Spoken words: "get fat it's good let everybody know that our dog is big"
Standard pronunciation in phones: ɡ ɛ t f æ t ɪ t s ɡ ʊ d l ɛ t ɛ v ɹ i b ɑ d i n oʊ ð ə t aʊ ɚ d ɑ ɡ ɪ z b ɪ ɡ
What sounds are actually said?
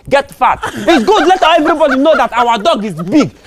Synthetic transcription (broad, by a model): ɡ ɛ t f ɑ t ɪ t s ɡ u d l ɛ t ɛ v ɹ i b ɑ d i n oʊ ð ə t aʊ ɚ d ɑ ɡ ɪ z b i ɡ